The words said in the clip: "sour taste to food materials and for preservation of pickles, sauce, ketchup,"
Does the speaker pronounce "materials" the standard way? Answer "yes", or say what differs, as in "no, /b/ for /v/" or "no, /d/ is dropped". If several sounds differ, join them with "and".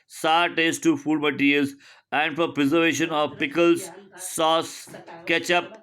no, /l/ is dropped